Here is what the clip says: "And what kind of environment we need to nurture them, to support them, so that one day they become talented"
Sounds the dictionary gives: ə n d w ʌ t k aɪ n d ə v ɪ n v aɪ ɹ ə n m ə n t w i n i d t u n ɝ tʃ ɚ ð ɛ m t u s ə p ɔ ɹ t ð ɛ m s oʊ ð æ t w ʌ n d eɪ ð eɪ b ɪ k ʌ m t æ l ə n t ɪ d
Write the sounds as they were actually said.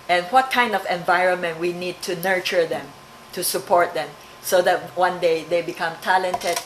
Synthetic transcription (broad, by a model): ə n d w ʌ t k aɪ n d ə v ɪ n v aɪ ɹ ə n m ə n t w i n i d t u n ɝ tʃ ɚ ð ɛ m t u s ə p ɔ ɹ t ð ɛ m s oʊ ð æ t w ʌ n d eɪ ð eɪ b ɪ k ʌ m t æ l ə n t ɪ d